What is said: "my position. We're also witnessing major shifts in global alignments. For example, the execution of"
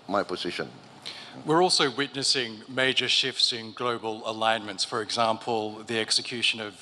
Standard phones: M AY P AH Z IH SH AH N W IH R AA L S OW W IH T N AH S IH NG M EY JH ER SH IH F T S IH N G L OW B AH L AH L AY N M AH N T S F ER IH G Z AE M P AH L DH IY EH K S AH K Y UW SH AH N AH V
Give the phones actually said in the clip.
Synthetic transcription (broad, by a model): M AY P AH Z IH SH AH N W IH R AA L S OW W IH T N AH S IH NG M EY JH ER SH IH F T S IH N G L OW B AH L AH L AY N M AH N T S F ER IH G Z AE M P AH L DH IY EH K S AH K Y UW SH AH N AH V